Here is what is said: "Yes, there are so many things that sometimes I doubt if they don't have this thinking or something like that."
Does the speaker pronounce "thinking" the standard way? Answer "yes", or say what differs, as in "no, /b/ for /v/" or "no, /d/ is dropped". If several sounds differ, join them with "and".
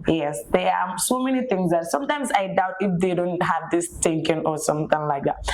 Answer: no, /t/ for /θ/